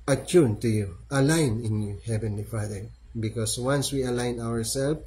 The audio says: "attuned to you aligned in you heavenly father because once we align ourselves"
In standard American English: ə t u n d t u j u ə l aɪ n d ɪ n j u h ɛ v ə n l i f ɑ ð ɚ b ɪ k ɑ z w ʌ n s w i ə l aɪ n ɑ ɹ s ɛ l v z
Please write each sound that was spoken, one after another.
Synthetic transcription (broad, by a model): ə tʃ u n t u j u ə l aɪ n ɪ n j u h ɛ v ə n l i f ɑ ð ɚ b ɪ k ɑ s w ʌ n s w i ə l aɪ n ɑ ɹ s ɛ l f